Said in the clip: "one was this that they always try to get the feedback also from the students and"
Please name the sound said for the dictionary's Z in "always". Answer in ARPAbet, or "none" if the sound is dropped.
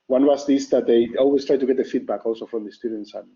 S